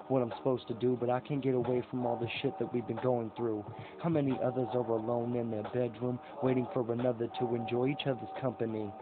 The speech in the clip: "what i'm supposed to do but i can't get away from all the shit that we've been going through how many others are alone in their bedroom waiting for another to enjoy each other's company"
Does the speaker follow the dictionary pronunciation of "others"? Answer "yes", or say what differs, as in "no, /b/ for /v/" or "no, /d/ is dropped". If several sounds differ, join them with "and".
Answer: yes